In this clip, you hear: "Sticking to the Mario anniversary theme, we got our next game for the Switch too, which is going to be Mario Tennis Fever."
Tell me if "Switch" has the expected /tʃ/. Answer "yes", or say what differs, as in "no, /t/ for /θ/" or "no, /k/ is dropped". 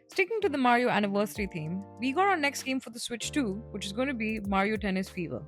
yes